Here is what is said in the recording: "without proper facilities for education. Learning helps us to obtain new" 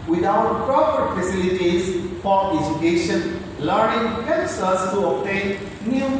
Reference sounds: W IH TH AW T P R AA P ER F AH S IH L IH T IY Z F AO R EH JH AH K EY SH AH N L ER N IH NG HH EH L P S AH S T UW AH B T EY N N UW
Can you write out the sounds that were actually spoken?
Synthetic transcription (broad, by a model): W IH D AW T P R AA P ER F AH S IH L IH T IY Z F AO R EH JH AH K EY SH AH N L ER N IH NG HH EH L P S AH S T UW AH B T EY N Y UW